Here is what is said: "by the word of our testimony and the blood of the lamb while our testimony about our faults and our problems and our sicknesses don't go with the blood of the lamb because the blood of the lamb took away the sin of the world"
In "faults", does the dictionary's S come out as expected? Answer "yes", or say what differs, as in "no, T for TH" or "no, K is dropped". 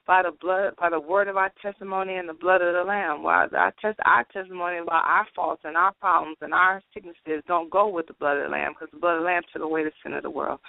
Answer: yes